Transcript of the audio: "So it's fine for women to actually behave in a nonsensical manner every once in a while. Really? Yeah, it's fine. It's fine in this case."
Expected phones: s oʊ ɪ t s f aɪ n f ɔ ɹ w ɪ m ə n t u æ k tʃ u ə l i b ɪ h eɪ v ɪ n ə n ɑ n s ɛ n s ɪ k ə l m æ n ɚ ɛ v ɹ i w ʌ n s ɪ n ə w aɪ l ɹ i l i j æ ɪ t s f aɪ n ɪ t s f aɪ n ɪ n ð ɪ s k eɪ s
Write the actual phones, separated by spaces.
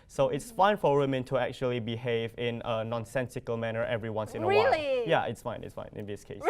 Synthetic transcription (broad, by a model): s oʊ ɪ t s f aɪ n f ɔ ɹ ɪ m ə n t u æ k tʃ u ə l i b ɪ h eɪ v ɪ n ə n ɑ n s ɛ n s ɪ k ə l m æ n ɚ ɛ v ɹ i w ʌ n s ɪ n ə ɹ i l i j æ ɪ t s f aɪ n ɪ t s f aɪ n ɪ n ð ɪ s k eɪ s